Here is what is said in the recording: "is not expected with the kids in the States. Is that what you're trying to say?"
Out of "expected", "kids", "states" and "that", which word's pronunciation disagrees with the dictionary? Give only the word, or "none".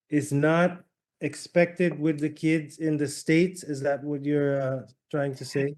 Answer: none